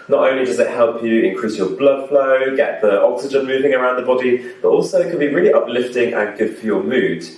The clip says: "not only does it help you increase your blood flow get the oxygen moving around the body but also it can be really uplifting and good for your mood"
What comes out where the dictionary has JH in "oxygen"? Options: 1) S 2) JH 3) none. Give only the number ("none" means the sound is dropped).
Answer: 2